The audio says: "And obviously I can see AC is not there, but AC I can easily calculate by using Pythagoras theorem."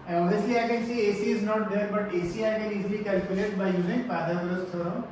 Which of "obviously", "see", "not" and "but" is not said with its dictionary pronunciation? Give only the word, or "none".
obviously